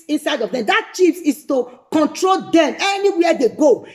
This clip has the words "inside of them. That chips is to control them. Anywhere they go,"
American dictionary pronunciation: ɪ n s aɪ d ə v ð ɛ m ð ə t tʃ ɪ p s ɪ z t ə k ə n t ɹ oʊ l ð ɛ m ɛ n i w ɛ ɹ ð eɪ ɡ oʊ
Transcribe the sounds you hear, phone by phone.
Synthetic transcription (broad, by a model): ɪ n s aɪ d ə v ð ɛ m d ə t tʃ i f s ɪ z t ə k ə n t ɹ oʊ l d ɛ m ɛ n i w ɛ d eɪ ɡ oʊ